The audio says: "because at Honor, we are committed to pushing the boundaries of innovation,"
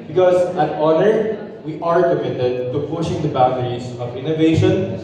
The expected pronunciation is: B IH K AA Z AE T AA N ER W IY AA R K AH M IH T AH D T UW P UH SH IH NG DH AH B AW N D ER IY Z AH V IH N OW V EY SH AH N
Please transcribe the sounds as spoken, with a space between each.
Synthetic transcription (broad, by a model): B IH K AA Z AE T AA N ER W IY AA R K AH M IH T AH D T UW P UH SH IH NG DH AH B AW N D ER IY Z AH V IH N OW V EY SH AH N